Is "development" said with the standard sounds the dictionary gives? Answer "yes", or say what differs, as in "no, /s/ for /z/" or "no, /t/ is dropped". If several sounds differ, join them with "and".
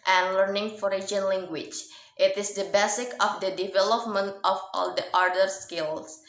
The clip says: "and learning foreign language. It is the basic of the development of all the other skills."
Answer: yes